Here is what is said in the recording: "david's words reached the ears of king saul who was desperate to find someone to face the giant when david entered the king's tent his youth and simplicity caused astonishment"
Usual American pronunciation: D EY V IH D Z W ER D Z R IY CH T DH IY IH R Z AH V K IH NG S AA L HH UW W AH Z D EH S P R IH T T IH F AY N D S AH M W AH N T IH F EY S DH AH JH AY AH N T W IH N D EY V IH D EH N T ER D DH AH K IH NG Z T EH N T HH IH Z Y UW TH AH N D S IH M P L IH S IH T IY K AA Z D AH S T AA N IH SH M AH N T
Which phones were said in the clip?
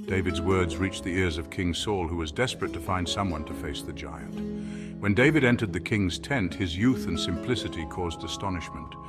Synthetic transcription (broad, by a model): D EY V IH D Z W ER D Z R IY CH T DH IY IH R Z AH V K IH NG S AA L HH UW W AH Z D EH S P R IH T T IH F AY N D S AH M W AH N T IH F EY S DH AH JH AY AH N T W IH N D EY V IH D EH N T ER D DH AH K IH NG Z T EH N T HH IH Z Y UW TH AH N S IH M P L IH S IH T IY K AA Z D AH S T AA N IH SH M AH N T